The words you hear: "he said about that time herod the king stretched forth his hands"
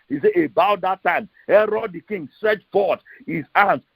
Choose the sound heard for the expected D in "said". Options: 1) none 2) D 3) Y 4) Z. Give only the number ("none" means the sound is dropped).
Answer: 1